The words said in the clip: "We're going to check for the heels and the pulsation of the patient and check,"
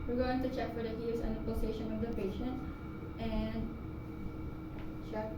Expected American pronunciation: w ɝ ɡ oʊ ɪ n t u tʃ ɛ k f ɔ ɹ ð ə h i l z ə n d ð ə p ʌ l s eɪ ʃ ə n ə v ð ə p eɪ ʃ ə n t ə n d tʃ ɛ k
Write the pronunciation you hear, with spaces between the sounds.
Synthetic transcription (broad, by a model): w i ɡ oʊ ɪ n t u tʃ ɛ k f ɔ ɹ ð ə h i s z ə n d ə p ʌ s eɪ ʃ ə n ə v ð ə p eɪ ʃ ə n t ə n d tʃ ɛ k